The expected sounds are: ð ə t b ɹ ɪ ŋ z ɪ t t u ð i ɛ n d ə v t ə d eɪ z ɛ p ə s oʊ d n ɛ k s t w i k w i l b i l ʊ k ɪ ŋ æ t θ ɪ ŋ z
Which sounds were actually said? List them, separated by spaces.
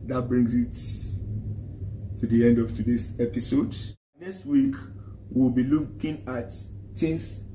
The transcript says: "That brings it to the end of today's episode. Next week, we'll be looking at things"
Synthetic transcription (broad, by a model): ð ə t b ɹ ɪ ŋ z ɪ t t u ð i ɛ n d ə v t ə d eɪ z ɛ p ə s oʊ d n ɛ k s t w i k w i l b i l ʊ k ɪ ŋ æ t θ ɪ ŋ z